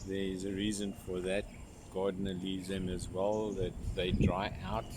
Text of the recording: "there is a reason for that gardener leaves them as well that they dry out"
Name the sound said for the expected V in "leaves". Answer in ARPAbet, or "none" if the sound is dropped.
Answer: none